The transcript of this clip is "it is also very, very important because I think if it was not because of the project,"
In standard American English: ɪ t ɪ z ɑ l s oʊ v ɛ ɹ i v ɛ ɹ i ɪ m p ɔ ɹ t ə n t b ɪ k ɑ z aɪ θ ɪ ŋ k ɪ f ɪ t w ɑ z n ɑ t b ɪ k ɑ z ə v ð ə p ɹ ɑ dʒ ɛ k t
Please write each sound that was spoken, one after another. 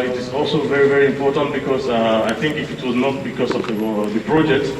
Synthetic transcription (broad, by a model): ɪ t ɪ z ɑ l s oʊ v ɛ ɹ i v ɛ ɹ i ɪ m p ɔ ɹ t ə n t b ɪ k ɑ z aɪ t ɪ ŋ k ɪ f ɪ t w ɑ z n ɑ t b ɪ k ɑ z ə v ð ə p ɹ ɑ dʒ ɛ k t